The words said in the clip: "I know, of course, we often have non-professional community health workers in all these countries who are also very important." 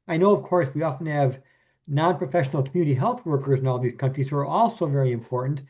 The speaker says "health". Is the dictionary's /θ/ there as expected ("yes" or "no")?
yes